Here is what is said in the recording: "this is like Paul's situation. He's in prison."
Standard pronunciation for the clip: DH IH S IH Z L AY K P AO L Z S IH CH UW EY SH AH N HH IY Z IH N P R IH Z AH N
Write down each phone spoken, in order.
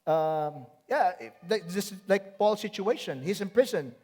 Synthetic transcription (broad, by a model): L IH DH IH S L AY K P AO L S IH CH UW EY SH AH N HH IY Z IH N P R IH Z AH N